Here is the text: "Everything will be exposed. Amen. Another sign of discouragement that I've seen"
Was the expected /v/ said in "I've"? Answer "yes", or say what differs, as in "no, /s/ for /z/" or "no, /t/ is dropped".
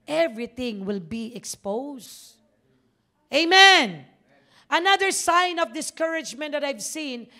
yes